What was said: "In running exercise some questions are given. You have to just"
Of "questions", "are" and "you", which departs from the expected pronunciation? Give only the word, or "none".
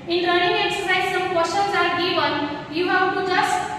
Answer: questions